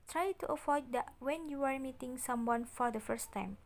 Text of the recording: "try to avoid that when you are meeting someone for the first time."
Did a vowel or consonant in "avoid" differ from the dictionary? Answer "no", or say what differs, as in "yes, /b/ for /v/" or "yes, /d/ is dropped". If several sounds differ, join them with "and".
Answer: yes, /f/ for /v/